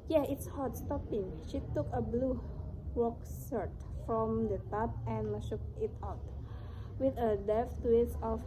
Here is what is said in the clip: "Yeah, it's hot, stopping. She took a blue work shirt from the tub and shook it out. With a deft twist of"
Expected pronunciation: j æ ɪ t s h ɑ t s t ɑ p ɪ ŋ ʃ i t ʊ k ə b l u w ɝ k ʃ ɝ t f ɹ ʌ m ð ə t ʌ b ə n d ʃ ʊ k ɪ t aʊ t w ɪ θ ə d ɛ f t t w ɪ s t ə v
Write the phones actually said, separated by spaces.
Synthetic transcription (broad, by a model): j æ ɪ t s h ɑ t s t ɑ p ɪ ŋ ʃ i t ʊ k ə b l u w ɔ k s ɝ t f ɹ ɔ m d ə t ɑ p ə n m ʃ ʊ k ɪ t aʊ t w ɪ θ ə d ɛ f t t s ə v